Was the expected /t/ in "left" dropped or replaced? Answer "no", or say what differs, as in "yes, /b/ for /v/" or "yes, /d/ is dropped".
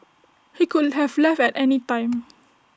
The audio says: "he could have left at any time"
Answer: yes, /t/ is dropped